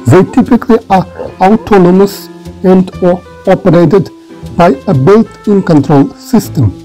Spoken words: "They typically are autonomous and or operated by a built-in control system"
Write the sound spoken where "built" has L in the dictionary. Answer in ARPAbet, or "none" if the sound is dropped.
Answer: none